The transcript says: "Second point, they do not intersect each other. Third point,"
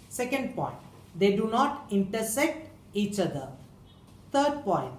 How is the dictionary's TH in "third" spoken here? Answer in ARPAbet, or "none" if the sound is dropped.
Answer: T